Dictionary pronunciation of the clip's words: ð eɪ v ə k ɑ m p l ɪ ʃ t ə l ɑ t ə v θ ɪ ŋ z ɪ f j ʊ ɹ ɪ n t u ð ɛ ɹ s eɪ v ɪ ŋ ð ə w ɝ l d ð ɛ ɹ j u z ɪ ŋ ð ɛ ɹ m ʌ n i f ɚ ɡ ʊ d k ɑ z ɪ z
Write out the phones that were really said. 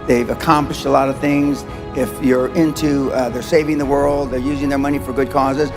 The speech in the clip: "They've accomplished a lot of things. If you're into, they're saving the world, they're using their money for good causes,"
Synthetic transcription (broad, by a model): ð eɪ v ə k ɑ m p l ɪ ʃ t ə l ɑ t ə v θ ɪ ŋ z ɪ f j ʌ ɹ ɪ n t u ð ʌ ɹ s eɪ v ɪ ŋ ð ə w ɝ l d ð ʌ ɹ j u z ɪ ŋ ð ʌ ɹ m ʌ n i f ɚ ɡ ʊ d k ɑ z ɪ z